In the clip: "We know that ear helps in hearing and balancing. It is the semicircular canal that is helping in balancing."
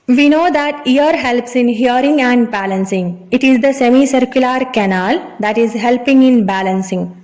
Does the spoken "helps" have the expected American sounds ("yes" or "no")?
yes